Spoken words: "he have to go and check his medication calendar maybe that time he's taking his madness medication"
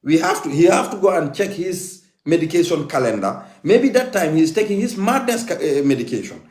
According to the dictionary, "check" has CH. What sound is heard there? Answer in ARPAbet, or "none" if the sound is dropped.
CH